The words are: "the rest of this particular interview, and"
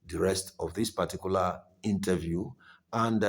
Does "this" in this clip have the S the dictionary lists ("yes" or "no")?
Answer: yes